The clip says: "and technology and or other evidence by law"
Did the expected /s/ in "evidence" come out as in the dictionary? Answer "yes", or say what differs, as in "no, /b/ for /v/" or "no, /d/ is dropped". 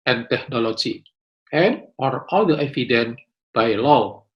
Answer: no, /s/ is dropped